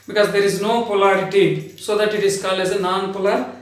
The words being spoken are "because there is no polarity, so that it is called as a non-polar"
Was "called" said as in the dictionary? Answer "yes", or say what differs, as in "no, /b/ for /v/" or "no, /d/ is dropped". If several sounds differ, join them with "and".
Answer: no, /d/ is dropped